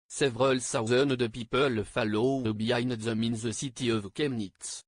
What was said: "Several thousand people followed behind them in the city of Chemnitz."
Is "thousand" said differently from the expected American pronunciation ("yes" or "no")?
yes